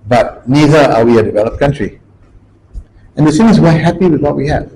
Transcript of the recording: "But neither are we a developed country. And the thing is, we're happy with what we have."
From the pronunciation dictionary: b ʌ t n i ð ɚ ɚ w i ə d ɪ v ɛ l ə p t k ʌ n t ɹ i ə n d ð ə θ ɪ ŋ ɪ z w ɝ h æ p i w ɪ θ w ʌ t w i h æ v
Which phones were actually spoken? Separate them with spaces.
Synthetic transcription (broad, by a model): b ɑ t n i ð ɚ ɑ w i ə d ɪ v ɛ l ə p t k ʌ n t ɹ i ə n d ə s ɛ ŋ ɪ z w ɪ h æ p i w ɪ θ w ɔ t w i h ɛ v